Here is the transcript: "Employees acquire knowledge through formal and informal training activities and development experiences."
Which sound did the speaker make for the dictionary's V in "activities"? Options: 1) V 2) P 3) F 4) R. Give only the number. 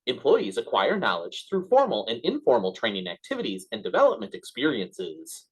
1